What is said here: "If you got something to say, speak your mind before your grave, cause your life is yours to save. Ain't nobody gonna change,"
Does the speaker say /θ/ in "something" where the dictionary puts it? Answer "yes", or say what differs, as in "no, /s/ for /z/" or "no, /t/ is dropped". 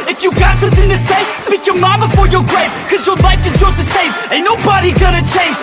yes